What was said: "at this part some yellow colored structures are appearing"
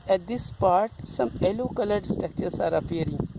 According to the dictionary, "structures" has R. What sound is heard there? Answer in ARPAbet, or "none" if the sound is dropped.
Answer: none